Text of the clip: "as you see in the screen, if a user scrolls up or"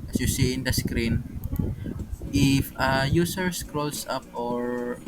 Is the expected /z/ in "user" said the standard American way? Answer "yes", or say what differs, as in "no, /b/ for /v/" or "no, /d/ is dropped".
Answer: no, /s/ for /z/